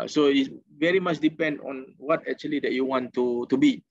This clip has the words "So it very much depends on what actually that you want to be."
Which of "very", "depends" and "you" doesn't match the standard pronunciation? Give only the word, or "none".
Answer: depends